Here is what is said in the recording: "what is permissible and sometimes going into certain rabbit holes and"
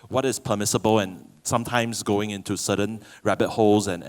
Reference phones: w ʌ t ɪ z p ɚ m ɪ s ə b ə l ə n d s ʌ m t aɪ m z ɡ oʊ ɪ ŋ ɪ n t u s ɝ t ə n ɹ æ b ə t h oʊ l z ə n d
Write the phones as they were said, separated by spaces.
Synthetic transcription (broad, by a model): w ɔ t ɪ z p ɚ m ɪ s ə b ə l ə n s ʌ m t aɪ m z ɡ oʊ ɪ ŋ ɪ n t u s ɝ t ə n ɹ æ b ə t h oʊ l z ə n